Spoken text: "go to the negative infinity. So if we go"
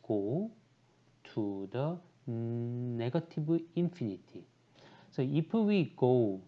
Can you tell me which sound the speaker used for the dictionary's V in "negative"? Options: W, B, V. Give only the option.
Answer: B